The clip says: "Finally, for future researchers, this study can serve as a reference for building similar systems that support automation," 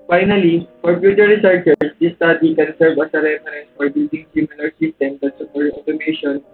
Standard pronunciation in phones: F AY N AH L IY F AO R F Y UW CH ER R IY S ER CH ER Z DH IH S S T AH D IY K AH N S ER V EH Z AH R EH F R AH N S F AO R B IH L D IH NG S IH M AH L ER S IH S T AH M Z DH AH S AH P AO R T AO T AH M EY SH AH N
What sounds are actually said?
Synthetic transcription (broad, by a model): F AY N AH L IY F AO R P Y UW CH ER R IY S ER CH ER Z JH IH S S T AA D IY K AH N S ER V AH S AH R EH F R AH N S F AO R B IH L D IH NG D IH M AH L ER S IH S T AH M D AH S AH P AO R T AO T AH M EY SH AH N